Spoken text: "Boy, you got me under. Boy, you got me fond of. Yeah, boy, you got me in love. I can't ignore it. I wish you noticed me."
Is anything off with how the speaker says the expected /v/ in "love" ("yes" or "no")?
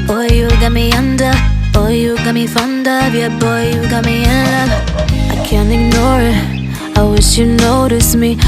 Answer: yes